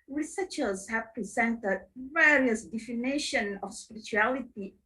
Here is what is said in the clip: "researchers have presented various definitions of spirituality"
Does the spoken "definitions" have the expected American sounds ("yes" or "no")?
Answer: no